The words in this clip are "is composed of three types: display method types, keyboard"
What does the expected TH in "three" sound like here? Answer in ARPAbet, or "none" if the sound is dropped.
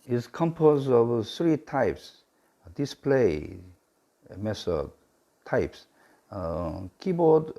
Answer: S